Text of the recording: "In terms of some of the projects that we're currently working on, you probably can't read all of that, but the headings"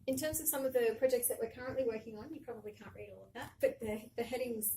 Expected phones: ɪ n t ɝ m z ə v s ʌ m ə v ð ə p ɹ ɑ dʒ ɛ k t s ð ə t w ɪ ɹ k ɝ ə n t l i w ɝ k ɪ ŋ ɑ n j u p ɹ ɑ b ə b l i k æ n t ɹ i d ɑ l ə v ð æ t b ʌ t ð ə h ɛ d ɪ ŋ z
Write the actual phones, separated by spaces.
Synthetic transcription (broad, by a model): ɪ n t ɝ m z ə v s ʌ m ə v ð ə p ɹ ɑ dʒ ɛ k t s ð ə t w ɪ ɹ k ɝ ə n t l i w ɝ k ɪ ŋ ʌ n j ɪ p ɹ ɑ b ə b l i k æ n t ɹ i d ɑ l ə v ð æ t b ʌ t ð ə h ɛ d ɪ ŋ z